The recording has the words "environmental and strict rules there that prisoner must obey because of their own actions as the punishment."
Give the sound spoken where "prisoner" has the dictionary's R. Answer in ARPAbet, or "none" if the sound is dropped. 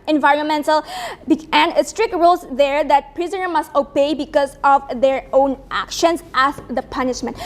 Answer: R